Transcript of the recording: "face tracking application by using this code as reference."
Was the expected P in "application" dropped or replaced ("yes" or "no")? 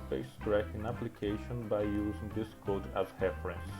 no